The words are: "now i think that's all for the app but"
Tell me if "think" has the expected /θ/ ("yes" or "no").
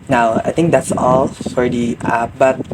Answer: no